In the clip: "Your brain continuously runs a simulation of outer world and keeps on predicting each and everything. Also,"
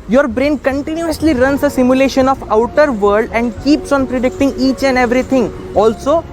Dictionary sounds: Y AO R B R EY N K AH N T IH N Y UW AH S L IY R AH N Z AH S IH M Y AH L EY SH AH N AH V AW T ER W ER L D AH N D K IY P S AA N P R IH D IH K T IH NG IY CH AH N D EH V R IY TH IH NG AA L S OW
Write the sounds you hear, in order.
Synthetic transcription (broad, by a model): Y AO R B R EY N K AH N T IH N Y UW AH S L IY R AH N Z AH S IH M Y AH L EY SH AH N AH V AW T ER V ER D AH N D K IY P S AA N P R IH D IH K T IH NG IY CH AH N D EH V R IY T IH NG AA L S OW